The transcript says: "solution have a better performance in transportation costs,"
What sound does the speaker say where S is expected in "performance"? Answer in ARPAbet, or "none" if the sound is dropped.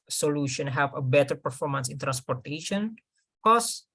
S